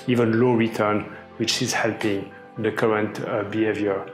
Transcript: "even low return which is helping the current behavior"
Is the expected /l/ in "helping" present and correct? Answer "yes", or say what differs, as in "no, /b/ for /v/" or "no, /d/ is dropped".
yes